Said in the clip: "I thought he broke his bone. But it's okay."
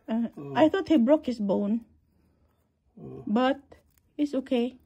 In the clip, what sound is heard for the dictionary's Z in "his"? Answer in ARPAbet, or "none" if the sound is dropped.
S